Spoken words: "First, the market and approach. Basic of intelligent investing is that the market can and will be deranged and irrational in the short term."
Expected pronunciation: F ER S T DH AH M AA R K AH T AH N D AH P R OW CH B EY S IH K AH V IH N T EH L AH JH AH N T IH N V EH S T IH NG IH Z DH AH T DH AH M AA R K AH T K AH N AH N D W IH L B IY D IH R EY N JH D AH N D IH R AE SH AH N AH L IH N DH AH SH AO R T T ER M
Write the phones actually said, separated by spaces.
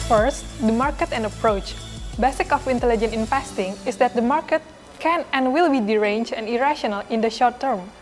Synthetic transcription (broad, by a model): F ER S T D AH M AA R K AH T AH N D AH P R OW CH B EY S IH K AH F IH N T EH L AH JH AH N IH N F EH S T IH NG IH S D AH T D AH M AA R K AH T K AH N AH N W IH L B IY D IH R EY N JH AH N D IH R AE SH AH N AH L IH N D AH SH AO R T T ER M